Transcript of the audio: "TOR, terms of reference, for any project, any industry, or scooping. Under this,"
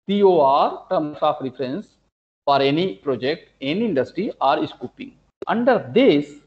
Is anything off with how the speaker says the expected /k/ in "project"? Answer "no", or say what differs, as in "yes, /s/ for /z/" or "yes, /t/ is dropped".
no